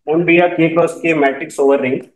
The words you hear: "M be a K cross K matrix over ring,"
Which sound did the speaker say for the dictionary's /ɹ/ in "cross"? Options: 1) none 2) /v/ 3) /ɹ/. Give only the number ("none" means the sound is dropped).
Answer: 1